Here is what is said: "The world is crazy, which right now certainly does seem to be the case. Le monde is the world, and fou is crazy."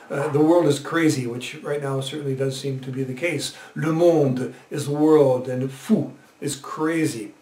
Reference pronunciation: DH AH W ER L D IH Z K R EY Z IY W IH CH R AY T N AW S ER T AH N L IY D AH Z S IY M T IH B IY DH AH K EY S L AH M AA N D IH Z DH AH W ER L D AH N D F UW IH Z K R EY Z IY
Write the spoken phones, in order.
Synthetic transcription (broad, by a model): DH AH W ER L D IH Z K R EY Z IY W IH CH R AY T N AW S ER T N L IY D AH Z S IY M T IH B IY DH AH K EY S L AH M AA N D IH Z DH AH W ER L D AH N F UW IH Z K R EY Z IY